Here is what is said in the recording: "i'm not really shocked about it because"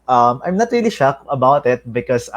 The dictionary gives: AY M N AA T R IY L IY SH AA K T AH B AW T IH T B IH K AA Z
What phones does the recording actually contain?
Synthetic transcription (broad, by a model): AY M N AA T R IY L IY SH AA K AH B AW T IH T B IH K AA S